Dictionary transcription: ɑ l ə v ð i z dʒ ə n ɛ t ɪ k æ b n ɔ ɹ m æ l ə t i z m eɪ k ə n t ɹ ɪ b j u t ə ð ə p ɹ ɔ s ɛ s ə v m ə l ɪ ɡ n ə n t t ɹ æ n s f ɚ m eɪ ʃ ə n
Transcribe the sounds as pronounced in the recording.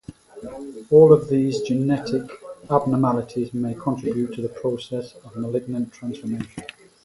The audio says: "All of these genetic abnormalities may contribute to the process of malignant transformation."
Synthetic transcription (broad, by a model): ɑ l ə v ð i z dʒ ə n ɛ t ɪ k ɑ b n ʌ m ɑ l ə t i z m eɪ k ə n t ɹ ɪ b j u t ə ð ə p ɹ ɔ s ɛ s ə v m ə l ɪ ɡ n ə n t t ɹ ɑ n s f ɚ m eɪ ʃ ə n